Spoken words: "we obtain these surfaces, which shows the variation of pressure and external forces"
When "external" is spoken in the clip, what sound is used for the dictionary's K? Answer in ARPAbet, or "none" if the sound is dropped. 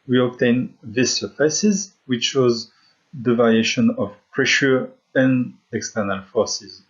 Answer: K